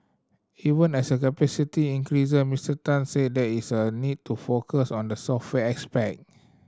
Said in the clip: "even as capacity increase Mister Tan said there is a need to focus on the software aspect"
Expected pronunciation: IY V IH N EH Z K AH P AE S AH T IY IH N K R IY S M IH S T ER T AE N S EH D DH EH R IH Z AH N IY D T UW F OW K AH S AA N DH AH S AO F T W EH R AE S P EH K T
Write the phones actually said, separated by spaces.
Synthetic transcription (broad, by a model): IY V IH N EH S K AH P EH S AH T IY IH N K R IY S M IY S T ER T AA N S EH D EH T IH S AH N IY D T UW F OW K AH S AA N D AH S AO F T W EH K S P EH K